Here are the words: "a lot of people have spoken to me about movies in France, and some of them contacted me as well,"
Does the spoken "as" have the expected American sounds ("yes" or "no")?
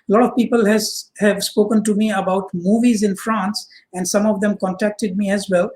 yes